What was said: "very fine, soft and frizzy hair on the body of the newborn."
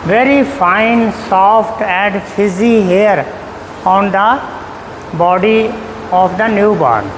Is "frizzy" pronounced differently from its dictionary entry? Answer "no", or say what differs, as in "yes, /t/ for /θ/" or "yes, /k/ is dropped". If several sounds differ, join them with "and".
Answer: yes, /ɹ/ is dropped